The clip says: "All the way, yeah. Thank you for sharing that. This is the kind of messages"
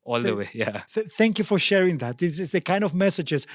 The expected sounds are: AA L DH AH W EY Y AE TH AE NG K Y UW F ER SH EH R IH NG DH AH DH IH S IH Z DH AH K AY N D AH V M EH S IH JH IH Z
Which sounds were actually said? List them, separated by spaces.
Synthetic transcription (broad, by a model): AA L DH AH W EY Y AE TH AE NG K Y UW F ER SH EH R IH NG DH AH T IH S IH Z DH AH K AY N D AH V M EH S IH JH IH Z